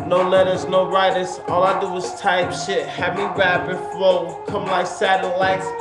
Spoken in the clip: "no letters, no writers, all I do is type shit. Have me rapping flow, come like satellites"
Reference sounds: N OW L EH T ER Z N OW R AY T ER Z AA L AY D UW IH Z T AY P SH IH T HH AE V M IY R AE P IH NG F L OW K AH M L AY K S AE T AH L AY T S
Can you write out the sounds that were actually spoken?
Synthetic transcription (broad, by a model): N OW L EH T ER Z N OW R AY T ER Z AA L AY D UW IH Z T AY P SH IH T HH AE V M IY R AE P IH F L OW K AH M L AY K S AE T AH L AY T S